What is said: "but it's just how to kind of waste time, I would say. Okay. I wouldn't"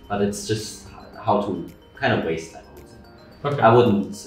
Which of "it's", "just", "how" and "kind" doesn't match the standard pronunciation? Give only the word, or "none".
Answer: none